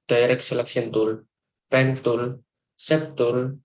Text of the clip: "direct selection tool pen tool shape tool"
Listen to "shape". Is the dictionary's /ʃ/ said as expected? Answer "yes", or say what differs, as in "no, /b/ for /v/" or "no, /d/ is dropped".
no, /s/ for /ʃ/